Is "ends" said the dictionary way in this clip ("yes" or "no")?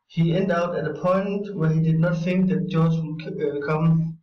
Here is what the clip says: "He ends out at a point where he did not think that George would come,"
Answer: no